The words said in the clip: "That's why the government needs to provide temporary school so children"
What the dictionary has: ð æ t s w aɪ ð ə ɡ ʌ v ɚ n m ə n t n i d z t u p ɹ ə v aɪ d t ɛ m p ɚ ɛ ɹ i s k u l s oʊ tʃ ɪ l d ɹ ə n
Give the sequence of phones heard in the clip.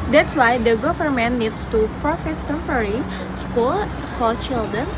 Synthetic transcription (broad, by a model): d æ t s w aɪ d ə ɡ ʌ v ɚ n m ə n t n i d s t u p ɹ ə f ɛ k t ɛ m p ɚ ɹ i s k u l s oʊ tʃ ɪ l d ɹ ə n